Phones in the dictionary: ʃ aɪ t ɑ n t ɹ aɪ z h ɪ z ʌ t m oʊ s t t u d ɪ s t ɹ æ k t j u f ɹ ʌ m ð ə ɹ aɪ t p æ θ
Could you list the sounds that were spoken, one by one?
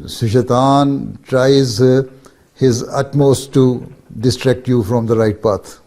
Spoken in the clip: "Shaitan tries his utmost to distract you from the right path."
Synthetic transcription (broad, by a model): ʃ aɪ t ɑ n t ɹ aɪ z h ɪ z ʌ t m oʊ s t t u d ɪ s t ɹ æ k t j u f ɹ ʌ m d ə ɹ aɪ t p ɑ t